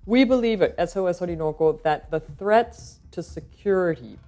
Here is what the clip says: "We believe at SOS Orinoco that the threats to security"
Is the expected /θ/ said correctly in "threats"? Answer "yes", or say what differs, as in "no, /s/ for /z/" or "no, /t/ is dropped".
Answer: yes